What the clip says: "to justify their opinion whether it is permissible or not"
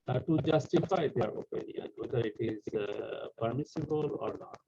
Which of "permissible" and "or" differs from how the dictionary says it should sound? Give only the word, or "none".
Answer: none